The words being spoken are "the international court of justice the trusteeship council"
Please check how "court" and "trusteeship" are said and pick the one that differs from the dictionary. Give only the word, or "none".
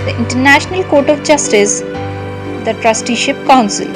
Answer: none